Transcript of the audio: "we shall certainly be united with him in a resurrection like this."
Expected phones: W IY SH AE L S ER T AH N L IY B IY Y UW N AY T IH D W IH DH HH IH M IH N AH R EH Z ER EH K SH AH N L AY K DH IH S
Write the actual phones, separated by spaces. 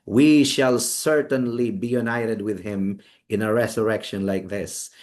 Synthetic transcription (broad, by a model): W IY SH AE L S ER T AH N L IY B IY Y UW N AY T IH D W IH DH HH IH M IH N AH R EH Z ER EH K SH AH N L AY K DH IH S